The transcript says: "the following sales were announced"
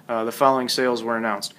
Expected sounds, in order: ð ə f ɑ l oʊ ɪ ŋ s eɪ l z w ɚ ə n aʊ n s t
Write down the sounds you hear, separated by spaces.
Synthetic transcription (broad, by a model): ð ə f ɑ l oʊ ɪ ŋ s eɪ l z w ɚ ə n aʊ n s t